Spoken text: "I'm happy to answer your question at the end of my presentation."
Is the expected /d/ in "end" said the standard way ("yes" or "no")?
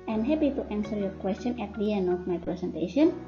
no